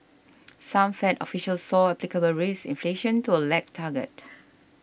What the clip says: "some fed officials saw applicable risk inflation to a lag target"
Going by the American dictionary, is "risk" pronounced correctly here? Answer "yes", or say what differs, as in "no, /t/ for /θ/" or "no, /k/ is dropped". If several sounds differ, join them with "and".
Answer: no, /k/ is dropped